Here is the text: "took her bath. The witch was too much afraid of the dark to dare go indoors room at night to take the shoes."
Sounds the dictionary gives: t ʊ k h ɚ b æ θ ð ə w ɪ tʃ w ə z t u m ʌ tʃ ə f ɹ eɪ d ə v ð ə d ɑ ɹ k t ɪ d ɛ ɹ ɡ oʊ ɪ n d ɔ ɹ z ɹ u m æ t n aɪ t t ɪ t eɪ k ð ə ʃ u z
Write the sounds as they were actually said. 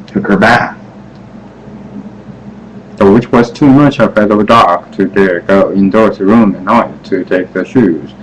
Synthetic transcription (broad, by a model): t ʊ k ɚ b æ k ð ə w ɪ tʃ w ə z t u m ʌ tʃ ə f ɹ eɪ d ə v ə d ɑ ɹ k t ɪ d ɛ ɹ ɡ oʊ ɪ n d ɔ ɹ s ɹ u m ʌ n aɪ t t ɪ t eɪ k ð ə ʃ u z